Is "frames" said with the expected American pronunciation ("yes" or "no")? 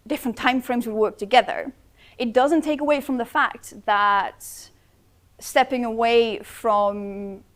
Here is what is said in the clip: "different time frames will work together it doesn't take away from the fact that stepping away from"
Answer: yes